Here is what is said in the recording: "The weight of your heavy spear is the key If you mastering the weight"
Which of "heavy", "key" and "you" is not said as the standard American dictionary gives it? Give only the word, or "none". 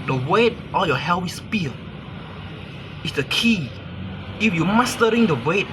heavy